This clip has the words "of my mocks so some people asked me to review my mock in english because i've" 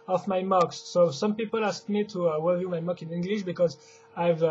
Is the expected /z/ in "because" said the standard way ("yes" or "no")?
yes